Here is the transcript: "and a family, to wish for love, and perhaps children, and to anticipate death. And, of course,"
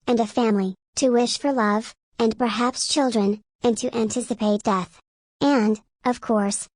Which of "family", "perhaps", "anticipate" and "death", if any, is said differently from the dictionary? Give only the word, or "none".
none